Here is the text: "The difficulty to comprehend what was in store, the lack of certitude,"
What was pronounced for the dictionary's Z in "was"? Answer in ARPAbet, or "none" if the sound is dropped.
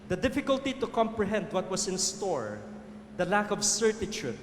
S